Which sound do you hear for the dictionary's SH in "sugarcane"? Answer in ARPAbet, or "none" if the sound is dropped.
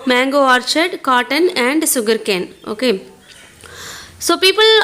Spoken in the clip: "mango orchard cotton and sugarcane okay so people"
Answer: S